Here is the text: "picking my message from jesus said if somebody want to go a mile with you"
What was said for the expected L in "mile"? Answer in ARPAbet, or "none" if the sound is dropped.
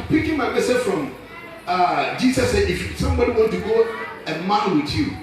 N